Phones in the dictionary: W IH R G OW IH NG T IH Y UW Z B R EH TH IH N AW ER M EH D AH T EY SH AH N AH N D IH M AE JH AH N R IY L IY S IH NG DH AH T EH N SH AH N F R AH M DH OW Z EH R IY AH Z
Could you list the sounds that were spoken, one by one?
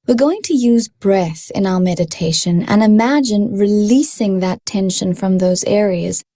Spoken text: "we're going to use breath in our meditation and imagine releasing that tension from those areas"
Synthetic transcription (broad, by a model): W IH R G OW IH NG T IH Y UW Z B R EH TH IH N AW ER M EH D AH T EY SH AH N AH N IH M AE JH AH N R IY L IY S IH NG DH AH T EH N SH AH N F R AH M DH OW Z EH R IY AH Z